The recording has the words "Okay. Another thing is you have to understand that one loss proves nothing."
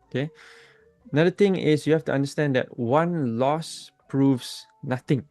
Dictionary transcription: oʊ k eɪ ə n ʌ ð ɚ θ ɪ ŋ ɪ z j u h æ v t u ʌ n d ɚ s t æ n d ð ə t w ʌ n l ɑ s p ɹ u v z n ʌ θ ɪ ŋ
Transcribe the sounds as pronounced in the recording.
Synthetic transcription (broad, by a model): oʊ k eɪ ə n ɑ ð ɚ t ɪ ŋ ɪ s j u h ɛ f t u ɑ n d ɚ s t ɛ n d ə t w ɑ n l ɑ s p ɹ u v s n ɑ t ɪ ŋ